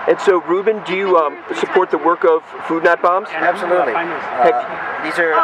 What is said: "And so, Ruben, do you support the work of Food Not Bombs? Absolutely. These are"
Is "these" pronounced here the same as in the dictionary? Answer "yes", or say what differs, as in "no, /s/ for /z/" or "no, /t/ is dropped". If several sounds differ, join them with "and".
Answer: yes